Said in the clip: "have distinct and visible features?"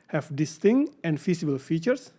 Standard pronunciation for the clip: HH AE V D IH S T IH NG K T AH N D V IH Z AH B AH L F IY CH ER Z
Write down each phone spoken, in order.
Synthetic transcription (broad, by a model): HH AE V D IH S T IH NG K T AH N D F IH S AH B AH L F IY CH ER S